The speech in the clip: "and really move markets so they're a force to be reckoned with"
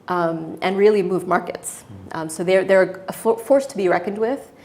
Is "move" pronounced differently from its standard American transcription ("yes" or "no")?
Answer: no